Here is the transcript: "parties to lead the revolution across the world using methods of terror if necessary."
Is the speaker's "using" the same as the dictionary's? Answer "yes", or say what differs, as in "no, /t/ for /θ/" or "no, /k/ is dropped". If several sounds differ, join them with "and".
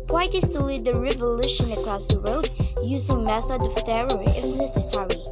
yes